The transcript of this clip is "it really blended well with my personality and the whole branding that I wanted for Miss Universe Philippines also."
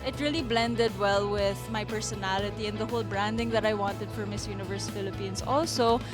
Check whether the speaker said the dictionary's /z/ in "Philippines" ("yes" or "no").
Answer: no